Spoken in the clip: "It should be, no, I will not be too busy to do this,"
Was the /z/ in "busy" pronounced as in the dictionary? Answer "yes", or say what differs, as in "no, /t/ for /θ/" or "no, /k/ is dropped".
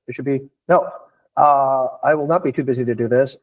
yes